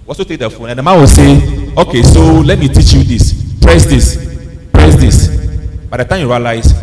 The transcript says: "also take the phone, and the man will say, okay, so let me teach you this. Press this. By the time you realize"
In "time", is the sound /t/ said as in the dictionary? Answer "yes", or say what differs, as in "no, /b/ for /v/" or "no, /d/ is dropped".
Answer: yes